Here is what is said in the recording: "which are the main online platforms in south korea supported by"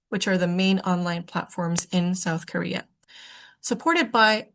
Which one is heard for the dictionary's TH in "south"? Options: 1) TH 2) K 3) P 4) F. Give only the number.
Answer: 1